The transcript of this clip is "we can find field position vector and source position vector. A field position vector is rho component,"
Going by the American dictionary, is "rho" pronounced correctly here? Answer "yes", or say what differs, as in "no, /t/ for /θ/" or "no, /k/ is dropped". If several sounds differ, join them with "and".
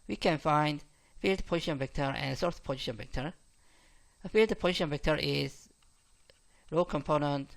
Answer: yes